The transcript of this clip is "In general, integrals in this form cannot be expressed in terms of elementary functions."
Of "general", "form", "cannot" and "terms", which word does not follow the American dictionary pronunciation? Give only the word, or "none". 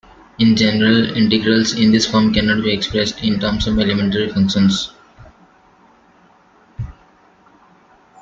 terms